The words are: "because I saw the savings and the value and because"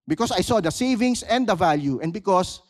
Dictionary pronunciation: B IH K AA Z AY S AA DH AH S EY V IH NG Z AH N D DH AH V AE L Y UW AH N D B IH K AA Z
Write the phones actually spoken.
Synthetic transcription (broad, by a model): B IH K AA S AY S AA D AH S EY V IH NG S AH N D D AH V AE L Y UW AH N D B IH K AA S